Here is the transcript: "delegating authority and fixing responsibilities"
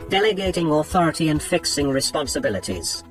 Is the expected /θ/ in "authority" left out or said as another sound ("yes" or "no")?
no